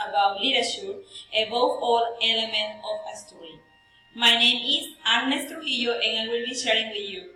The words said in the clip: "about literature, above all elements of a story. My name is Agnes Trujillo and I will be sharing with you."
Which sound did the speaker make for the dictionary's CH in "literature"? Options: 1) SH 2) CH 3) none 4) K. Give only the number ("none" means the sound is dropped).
1